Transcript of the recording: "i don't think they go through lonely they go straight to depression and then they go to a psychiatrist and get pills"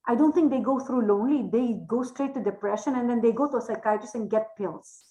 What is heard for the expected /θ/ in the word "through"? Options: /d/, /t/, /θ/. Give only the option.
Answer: /t/